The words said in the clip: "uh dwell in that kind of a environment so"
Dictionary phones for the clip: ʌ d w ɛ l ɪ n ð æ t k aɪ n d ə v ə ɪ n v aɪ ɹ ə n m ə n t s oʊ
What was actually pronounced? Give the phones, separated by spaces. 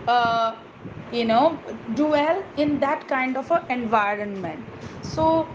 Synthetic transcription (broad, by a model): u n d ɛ l ɪ n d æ t k aɪ n d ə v ə ɪ n v aɪ ɹ ə n m ə n t s oʊ